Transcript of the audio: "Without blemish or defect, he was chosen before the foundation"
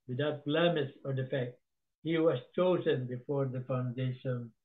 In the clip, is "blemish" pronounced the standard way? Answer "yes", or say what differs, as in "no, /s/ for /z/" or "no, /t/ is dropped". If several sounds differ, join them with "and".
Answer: no, /s/ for /ʃ/